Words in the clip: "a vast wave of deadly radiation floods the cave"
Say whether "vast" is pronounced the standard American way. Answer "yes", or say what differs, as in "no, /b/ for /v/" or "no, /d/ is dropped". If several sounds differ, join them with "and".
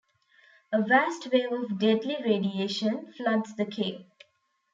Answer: yes